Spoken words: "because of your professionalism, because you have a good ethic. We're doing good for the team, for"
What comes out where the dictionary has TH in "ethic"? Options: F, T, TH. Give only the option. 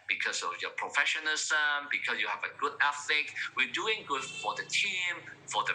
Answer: F